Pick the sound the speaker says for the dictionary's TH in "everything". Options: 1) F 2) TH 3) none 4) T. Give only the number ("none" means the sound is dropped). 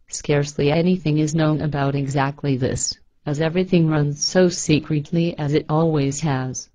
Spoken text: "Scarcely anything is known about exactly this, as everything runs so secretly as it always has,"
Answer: 2